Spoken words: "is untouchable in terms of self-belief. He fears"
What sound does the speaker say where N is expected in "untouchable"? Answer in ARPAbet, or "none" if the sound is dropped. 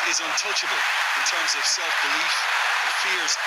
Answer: N